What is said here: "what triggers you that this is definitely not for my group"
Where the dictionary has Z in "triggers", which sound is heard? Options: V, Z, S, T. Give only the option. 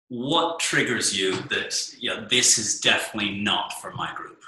Z